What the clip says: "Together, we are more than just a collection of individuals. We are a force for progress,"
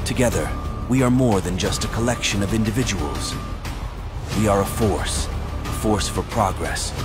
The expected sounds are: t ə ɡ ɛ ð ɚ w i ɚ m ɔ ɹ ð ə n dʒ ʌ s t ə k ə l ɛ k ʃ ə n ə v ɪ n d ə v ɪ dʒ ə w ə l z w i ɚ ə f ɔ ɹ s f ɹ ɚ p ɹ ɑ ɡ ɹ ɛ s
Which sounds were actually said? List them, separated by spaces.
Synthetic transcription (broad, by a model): t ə ɡ ɛ ð ɚ w i ɚ m ɔ ɹ ð ə n dʒ ʌ s t ə k ə l ɛ k ʃ ə n ə v ɪ n d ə v ɪ dʒ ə w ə l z w i ɚ ə f ɔ ɹ s f ɹ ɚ p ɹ ɑ ɡ ɹ ɛ s